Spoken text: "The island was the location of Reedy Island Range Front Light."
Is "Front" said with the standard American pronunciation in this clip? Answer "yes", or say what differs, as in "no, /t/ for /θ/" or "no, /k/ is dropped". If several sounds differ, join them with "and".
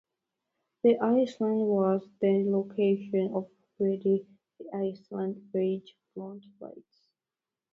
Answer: no, /l/ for /ɹ/